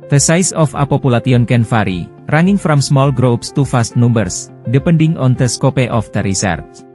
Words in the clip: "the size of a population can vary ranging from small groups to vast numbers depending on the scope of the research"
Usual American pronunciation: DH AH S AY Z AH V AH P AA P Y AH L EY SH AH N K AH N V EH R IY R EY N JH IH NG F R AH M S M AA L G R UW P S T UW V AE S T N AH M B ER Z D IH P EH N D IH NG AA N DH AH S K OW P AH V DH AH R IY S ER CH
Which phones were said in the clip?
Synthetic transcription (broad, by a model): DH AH S AY S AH F AH P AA P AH L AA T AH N K AH N F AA R IY R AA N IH NG F R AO M S M AA L G R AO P S T UW F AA S T N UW M B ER S D IH P EH N D IH NG AA N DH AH S K OW P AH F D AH R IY S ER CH